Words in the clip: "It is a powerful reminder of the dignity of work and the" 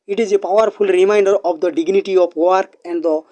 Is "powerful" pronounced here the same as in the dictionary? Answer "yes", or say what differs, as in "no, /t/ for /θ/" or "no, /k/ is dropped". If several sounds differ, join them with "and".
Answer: no, /p/ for /f/